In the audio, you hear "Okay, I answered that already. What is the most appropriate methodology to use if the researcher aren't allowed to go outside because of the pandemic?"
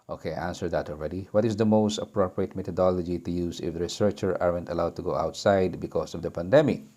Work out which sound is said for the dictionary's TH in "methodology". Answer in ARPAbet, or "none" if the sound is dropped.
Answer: T